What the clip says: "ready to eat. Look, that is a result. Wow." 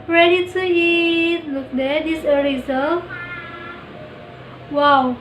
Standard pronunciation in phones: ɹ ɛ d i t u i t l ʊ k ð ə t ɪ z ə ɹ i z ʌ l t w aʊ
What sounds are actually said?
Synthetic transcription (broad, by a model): ɹ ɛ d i t u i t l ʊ k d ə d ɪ s ə l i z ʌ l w aʊ